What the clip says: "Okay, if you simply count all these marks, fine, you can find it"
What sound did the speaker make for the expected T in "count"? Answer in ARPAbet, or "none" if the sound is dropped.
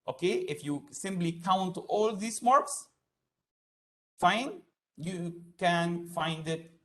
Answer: T